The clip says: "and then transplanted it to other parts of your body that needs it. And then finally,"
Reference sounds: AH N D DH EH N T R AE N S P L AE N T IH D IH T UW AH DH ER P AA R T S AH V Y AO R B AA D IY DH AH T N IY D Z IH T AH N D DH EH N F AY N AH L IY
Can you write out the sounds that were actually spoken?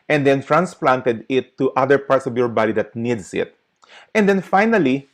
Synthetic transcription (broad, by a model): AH N D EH N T R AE N S P L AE N T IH D IH T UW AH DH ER P AA R T S AH V Y AO R B AA D IY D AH T N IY D S IH T AH N D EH N F AY N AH L IY